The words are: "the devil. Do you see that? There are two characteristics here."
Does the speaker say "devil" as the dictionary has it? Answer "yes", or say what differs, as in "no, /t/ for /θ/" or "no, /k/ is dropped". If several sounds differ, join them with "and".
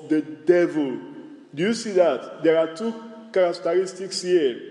yes